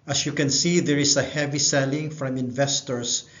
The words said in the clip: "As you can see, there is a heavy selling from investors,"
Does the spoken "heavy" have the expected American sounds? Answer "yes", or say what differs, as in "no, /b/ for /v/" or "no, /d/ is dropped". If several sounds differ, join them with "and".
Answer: yes